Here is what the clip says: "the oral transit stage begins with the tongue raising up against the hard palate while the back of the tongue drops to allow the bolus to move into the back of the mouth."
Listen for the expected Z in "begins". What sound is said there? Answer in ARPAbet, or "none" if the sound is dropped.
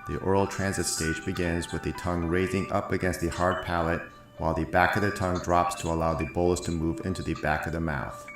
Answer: Z